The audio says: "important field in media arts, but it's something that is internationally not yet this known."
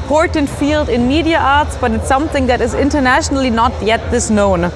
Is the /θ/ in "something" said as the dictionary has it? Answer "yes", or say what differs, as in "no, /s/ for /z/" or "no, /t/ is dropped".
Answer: yes